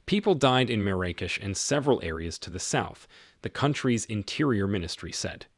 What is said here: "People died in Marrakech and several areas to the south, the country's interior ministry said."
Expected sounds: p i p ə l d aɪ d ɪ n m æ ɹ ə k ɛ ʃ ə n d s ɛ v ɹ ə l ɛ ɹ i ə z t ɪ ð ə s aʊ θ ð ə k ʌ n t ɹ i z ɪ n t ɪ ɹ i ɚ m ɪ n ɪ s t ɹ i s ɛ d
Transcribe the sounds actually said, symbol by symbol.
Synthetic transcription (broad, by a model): p i p l d aɪ d ɪ n m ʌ ɹ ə k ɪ ʃ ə n s ɛ v ɹ ə l ɛ ɹ i ə z t ɪ ð ə s aʊ θ ð ə k ʌ n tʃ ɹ i z ɪ n t ɪ ɹ i ɚ m ɪ n ɪ s t ɹ i s ɛ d